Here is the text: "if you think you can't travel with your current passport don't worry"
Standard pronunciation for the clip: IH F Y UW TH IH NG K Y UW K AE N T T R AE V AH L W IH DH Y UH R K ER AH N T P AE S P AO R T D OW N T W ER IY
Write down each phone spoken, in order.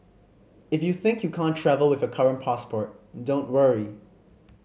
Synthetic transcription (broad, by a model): IH F Y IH TH IH NG K Y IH K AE N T T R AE V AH L W IH DH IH K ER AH N P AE S P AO R T D OW N T W ER IY